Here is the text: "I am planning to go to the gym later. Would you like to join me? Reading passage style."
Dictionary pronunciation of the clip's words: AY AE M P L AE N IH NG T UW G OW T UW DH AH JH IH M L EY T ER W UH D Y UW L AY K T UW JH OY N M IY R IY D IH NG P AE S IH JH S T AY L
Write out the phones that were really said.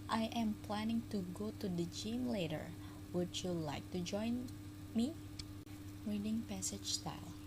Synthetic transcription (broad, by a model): AY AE M P L AE N IH NG T UW G OW T UW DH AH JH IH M L EY T ER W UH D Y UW L AY K T UW JH OY N M IY R IY D IH NG P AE S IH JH S T AY L